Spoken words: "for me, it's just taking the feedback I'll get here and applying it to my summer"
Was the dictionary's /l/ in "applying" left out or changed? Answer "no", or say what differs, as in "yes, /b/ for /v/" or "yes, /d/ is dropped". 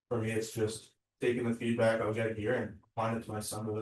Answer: yes, /l/ is dropped